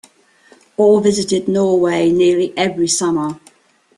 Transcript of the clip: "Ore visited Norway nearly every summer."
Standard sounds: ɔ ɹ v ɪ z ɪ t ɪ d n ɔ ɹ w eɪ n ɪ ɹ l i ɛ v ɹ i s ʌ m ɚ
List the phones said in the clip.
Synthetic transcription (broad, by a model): ɔ l v ɪ z ɪ t ɪ d n ɔ w eɪ n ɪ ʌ l i ɛ v ɹ i s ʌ m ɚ